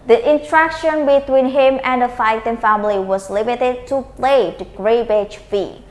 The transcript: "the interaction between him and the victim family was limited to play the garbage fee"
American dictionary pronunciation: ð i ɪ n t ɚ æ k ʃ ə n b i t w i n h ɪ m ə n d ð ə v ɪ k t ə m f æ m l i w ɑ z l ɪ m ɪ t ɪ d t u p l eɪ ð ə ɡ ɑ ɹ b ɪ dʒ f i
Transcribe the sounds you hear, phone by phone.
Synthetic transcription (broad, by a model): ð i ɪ n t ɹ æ k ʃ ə n b i t w i n h ɪ m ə n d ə f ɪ t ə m f æ m l i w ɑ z l ɪ m ɪ t ɪ d t u p l eɪ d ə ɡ ɹ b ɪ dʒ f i